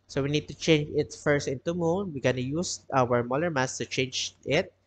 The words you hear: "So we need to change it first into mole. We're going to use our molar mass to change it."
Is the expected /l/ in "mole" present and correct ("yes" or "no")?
no